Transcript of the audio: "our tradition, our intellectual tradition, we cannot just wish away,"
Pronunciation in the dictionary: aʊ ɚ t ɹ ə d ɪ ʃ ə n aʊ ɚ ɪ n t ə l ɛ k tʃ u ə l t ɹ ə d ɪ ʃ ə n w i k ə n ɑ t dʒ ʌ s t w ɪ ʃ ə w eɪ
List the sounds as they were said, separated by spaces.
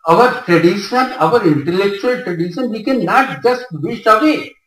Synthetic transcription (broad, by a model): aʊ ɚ t ɹ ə d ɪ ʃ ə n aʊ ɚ ɪ n t ə l ɛ k tʃ u ə l t ɹ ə d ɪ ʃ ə n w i k ə n ɑ t dʒ ʌ s t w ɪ s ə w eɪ